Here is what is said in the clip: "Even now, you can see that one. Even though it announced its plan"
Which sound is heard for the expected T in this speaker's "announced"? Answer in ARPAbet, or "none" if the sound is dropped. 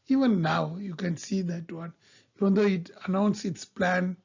none